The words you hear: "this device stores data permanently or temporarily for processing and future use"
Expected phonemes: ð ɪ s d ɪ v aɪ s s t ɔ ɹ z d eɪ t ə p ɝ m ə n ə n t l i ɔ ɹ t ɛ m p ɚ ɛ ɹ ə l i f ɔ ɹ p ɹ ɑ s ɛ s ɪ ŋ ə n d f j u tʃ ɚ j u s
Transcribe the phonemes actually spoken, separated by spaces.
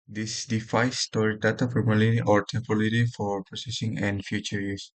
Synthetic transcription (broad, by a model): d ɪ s d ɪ f aɪ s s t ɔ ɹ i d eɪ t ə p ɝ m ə l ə t i ɔ ɹ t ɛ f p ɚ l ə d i f ɔ ɹ p ɹ ɑ s ɛ s ɪ ŋ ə n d f j u tʃ ɚ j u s